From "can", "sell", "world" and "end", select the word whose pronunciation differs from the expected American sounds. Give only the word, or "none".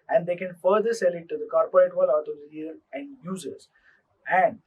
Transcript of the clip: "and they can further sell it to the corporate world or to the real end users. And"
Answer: world